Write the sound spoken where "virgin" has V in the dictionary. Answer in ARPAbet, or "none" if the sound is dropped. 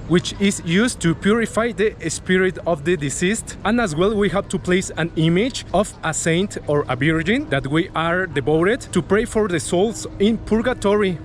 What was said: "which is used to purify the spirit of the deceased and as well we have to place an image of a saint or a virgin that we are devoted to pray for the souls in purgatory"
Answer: B